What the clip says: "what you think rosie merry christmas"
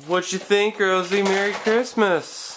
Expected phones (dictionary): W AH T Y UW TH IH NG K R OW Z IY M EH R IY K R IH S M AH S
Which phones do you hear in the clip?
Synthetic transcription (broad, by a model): W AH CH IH TH IH NG K R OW Z IY M EH R IY K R IH S M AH S